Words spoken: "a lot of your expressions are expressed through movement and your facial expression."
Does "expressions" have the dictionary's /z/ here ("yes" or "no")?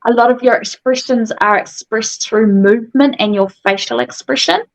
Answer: yes